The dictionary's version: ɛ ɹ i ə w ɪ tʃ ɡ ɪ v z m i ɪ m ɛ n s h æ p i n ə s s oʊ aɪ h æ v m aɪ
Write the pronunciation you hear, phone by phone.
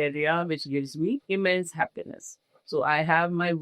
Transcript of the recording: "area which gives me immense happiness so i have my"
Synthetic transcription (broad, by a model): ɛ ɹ i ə w ɪ tʃ ɡ ɪ v z m i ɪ m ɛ n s h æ p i n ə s s oʊ aɪ h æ v m aɪ